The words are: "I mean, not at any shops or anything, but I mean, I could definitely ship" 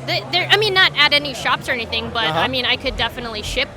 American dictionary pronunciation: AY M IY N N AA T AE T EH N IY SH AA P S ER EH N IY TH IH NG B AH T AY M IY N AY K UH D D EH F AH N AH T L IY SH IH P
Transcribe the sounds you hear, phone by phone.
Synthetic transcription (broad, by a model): AY M IY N N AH T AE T EH N IY SH AA P S ER EH N IY TH IH NG B AH T AY M IY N AY K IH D D EH F AH N AH T L IY SH IH P